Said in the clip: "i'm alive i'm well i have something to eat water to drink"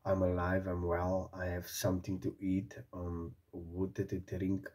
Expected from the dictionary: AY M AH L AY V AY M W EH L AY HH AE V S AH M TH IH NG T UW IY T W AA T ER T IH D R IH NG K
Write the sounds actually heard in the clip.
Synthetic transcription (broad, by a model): AY M AH L AY V AY M W EH L AY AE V S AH M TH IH NG T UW IY T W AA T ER T IH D R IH NG K